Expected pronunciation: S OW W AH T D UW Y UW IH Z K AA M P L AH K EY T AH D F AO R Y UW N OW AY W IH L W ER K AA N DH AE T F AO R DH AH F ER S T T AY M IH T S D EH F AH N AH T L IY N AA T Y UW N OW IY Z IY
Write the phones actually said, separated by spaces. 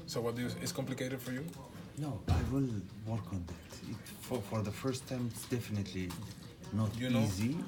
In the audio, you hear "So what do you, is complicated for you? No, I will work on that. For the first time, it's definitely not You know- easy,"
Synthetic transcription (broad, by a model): S OW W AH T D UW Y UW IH S K AA M P L AH K EY T AH D F AO R Y UW N OW AY W IH L W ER K AA N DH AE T F AO R DH AH F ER S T T AY M IH T S D EH F AH N AH T L IY N AA T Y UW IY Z IY